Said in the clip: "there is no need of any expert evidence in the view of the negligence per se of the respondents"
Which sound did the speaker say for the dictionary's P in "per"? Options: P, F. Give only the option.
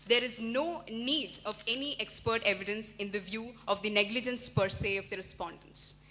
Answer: P